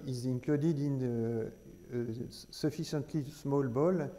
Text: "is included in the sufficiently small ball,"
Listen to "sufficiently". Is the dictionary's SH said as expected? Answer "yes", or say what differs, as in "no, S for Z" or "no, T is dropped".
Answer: no, S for SH